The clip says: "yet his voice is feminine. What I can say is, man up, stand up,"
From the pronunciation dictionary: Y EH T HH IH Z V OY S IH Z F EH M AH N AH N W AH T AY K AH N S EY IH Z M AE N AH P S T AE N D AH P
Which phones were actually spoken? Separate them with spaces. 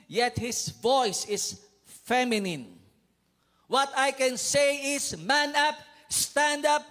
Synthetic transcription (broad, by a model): Y EH T HH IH S V OY S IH S F EH M AH N AH N W AH T AY K AH N S EY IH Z M AE N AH P S T AE N D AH P